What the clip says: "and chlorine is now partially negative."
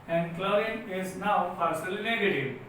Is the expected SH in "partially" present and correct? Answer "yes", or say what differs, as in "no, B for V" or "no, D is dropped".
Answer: no, S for SH